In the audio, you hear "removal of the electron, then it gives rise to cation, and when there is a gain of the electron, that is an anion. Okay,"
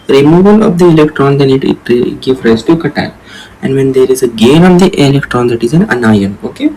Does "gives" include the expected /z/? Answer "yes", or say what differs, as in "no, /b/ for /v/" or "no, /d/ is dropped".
no, /z/ is dropped